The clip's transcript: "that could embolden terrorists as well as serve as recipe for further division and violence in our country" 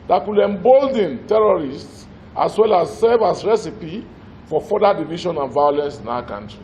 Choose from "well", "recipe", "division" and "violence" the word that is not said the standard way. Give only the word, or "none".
division